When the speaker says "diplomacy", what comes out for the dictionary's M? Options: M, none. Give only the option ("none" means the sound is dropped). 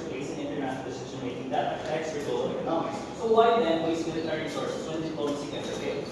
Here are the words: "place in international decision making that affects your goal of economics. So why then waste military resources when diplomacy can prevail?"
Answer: none